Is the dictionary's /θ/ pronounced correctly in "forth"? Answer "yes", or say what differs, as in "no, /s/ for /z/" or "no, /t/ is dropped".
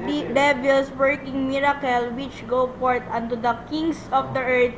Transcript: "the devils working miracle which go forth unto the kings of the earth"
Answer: no, /t/ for /θ/